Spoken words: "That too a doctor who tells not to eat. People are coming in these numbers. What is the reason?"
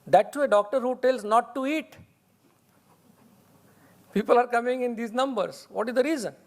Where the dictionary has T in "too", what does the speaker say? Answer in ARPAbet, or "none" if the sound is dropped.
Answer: S